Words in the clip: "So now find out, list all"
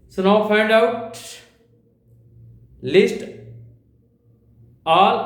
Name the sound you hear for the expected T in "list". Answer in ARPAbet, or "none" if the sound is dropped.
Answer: T